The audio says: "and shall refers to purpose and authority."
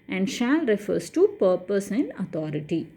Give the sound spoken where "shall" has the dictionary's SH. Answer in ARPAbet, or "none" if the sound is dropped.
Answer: SH